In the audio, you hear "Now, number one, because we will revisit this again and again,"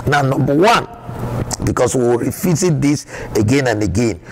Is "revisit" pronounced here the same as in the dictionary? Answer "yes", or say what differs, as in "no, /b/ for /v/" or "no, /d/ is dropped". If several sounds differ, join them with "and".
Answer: no, /f/ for /v/